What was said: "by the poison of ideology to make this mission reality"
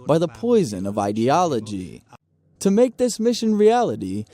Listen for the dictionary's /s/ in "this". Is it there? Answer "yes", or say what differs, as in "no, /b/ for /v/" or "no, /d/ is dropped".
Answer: yes